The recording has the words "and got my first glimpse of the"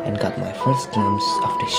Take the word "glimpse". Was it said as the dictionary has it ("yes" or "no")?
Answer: no